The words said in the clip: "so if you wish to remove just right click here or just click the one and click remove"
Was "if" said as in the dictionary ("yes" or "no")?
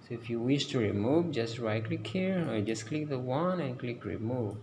yes